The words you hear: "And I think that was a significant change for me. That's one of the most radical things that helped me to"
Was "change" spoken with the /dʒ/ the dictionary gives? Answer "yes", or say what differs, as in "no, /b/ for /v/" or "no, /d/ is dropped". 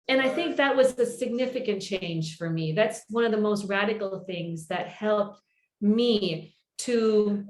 no, /ʒ/ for /dʒ/